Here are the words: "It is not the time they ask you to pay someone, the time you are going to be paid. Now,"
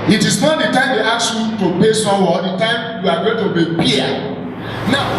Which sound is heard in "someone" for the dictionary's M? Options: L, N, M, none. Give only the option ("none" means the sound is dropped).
none